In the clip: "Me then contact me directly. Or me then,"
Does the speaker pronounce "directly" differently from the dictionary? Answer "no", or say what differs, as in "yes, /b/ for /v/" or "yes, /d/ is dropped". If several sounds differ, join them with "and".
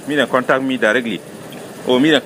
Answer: no